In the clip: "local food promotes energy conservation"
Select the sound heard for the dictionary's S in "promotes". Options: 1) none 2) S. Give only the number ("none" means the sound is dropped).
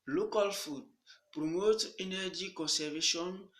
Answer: 1